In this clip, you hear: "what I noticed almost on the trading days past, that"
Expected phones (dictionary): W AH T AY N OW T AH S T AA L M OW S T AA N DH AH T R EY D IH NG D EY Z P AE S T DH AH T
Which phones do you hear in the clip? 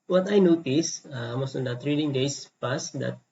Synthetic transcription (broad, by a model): W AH T AY N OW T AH S AA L M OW S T AA N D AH T R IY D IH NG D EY S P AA S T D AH T